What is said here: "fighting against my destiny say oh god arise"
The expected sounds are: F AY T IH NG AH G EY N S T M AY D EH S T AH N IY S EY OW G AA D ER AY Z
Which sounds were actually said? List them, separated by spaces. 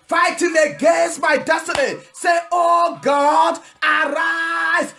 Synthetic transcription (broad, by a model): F AY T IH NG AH G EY S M AY D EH S T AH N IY S EY OW G AA D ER AY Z